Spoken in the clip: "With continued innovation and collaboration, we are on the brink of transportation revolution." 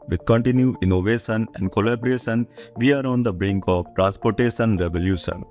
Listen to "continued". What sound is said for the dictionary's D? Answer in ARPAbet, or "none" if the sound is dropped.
none